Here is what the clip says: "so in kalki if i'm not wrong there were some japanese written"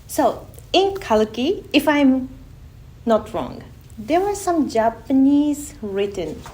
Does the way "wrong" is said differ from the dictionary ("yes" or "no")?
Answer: no